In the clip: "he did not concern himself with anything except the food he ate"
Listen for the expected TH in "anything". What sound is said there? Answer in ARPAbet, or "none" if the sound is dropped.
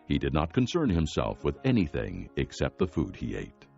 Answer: TH